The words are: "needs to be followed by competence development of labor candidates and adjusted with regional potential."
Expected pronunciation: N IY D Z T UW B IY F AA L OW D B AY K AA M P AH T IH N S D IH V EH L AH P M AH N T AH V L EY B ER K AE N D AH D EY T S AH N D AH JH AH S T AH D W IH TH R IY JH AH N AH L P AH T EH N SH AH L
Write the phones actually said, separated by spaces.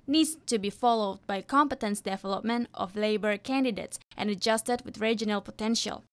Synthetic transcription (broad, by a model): N IY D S T UW B IY F AA L OW D B AY K AA M P AH T IH N S D IH V EH L AH P M AH N T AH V L EY B ER K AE N D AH D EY T S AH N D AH JH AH S T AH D W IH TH R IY JH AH N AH L P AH T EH N SH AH L